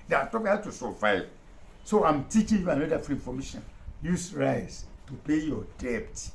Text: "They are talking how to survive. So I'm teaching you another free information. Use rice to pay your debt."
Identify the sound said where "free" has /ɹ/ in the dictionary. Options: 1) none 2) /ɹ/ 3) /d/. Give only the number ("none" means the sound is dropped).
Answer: 1